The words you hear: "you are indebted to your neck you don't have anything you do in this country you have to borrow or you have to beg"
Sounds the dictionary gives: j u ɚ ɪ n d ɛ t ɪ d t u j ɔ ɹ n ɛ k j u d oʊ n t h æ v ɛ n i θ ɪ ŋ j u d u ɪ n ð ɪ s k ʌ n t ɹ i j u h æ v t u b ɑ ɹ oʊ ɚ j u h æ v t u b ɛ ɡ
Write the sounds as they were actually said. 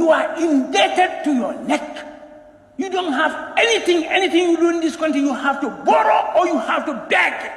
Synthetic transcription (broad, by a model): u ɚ ɪ n d ɛ t ɪ d t u j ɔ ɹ n ɛ k j u d oʊ n t h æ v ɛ n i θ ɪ ŋ j u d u ɪ n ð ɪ s k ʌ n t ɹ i j u h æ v t u b ɑ ɹ oʊ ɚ j u h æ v t u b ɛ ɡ